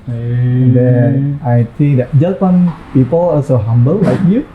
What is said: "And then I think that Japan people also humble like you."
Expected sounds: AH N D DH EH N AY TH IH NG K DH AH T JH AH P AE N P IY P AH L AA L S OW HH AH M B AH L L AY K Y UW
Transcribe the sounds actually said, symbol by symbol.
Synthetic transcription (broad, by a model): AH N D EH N AY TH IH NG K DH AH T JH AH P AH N P IY P AH L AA S OW HH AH M B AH L L AY K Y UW